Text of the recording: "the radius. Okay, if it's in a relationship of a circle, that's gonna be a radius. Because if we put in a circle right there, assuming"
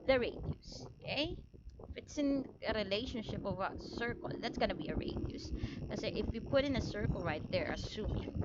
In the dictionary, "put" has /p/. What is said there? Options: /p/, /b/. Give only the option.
/p/